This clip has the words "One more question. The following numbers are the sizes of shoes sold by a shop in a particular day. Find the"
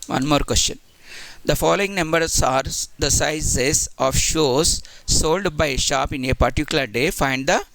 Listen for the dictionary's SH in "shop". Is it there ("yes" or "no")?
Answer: yes